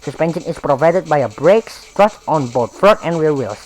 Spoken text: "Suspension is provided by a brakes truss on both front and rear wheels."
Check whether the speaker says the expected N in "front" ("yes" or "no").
no